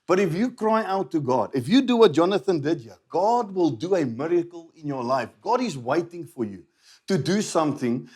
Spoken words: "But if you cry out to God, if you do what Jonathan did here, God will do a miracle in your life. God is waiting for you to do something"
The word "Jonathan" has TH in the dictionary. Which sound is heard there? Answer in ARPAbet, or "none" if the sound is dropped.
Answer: TH